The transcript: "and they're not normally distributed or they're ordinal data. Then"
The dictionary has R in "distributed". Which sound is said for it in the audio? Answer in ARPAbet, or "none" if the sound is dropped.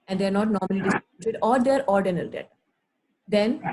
none